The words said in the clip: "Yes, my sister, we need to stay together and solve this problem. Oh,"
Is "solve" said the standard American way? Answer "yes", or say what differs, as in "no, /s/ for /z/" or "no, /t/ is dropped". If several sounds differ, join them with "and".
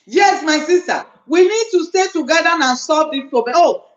no, /l/ is dropped